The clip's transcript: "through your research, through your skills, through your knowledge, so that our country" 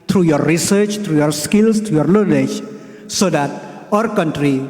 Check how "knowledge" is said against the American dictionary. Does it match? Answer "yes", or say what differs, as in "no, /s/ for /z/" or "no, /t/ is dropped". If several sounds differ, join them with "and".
no, /l/ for /n/